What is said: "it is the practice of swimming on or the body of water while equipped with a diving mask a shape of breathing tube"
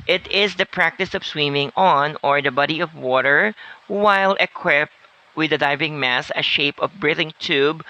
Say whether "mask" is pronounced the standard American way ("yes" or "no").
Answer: no